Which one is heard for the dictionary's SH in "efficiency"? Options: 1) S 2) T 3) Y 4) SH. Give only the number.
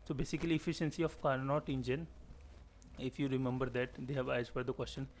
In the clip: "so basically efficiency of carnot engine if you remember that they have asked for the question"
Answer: 4